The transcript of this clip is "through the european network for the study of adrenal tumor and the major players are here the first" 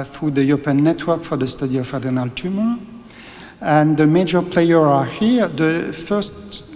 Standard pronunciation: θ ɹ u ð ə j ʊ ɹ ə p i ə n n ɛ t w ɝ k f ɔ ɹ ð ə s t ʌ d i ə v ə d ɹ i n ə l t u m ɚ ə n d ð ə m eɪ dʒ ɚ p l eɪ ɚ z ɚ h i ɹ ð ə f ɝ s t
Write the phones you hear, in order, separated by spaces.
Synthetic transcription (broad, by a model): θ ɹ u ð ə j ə p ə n n ɛ t w ɝ k f ɔ ɹ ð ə s t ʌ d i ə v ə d i n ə l t u m ɚ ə n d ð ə m eɪ dʒ ɚ p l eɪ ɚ ɚ h i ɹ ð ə f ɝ s t